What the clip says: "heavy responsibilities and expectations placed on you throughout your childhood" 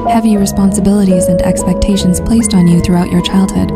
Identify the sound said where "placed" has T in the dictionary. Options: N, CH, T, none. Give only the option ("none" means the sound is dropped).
T